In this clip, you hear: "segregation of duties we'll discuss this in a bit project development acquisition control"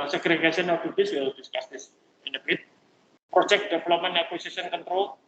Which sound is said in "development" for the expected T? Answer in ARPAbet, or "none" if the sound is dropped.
none